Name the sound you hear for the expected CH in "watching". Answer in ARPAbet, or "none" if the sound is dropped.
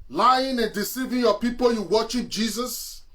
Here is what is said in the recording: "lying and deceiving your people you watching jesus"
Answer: SH